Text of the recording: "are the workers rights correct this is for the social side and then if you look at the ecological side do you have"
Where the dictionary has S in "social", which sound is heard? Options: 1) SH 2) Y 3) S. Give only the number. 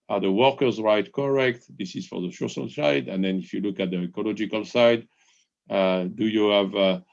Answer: 1